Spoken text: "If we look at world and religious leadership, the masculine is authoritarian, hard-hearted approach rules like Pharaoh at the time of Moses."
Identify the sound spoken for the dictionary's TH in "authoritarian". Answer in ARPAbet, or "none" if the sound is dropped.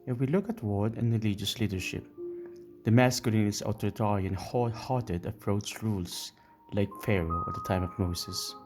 T